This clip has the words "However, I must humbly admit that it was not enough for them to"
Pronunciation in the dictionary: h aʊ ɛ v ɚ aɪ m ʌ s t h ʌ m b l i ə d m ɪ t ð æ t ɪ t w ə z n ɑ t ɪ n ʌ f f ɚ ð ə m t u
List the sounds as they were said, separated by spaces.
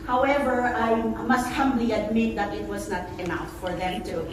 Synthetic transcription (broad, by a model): h aʊ ɛ v ɚ aɪ m ʌ s t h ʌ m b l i ə d m ɪ t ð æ t ɪ t w ə z n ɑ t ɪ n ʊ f f ɚ ð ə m t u